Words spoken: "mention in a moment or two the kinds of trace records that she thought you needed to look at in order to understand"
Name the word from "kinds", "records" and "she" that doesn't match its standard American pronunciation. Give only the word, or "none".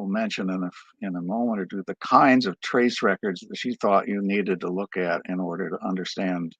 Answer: none